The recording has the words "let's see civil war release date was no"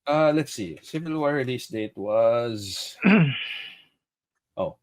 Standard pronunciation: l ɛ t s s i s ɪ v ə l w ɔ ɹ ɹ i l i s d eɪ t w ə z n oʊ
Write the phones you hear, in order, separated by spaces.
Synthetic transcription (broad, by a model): l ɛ t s s i s ɪ v ə l w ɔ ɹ ɹ i l i s d eɪ t w ə z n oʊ